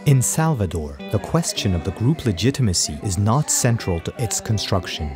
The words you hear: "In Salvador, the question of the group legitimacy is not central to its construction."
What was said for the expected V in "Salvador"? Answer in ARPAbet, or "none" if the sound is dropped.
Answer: V